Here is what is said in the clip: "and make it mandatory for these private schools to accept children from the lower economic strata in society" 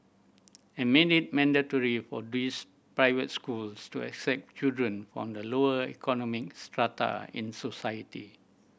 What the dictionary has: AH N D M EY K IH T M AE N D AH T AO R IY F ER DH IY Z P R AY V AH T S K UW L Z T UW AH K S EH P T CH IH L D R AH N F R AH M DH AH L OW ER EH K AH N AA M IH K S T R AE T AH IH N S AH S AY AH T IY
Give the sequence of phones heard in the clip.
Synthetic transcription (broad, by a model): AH M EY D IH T M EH N D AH T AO R IY F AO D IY S P R AY V AH T S K UW L S T UW AH K S EH P T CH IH L D R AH N F R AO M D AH L OW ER EH K AH N AA M IH K S T R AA T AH IH N S AH S AY AH T IY